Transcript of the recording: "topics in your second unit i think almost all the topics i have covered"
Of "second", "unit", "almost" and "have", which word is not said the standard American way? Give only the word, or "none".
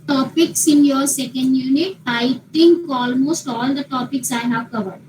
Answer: none